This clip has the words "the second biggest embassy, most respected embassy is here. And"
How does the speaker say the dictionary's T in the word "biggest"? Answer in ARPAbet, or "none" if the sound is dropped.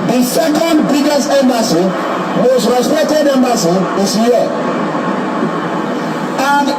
none